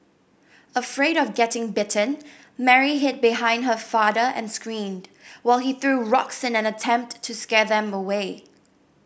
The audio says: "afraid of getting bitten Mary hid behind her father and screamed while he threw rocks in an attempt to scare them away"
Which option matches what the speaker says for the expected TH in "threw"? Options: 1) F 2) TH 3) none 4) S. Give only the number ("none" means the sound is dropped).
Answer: 2